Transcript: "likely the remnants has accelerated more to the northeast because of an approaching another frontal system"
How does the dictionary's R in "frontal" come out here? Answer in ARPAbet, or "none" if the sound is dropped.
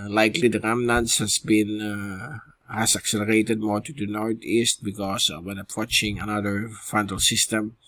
none